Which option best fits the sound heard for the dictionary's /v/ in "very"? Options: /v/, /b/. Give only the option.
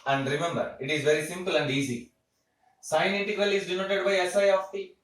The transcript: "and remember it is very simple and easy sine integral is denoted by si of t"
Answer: /v/